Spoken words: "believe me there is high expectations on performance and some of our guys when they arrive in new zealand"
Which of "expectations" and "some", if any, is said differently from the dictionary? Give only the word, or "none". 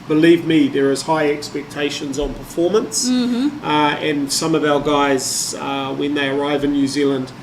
none